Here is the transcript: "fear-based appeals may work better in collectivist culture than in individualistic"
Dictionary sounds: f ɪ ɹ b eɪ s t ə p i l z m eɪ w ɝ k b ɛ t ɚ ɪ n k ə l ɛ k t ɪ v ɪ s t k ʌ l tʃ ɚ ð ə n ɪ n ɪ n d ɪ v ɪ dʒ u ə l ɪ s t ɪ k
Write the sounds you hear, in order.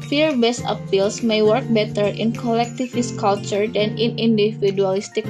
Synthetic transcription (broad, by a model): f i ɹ b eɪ s ə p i l s m eɪ w ɝ k b ɛ t ɚ ɪ n k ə l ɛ k t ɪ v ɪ s k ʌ l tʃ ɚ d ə n ɪ n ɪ n d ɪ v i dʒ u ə l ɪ s t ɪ k